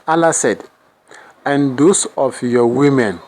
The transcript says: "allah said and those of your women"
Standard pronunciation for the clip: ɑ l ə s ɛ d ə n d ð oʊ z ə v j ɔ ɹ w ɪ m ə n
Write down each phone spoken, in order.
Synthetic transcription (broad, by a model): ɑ l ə s ɛ d ə n d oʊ s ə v j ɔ w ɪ m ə n